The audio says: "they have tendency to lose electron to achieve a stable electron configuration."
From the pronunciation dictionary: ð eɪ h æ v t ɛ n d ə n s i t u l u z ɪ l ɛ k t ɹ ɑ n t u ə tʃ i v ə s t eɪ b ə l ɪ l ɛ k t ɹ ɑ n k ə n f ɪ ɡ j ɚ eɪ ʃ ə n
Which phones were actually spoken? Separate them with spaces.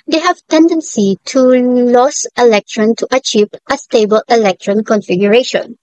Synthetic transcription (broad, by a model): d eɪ h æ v t ɛ n d ə n s i t u l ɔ s ɪ l ɛ k t ɹ ɑ n t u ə tʃ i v ə s t eɪ b ə l ɪ l ɛ k t ɹ ɑ n k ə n f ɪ ɡ j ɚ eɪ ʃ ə n